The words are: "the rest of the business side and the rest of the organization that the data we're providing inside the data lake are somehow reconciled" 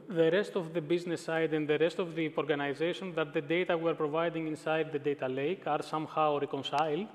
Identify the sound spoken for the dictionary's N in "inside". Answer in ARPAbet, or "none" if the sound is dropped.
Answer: N